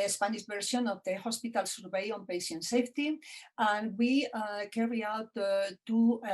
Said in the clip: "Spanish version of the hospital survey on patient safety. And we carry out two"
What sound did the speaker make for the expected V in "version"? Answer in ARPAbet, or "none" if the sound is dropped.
B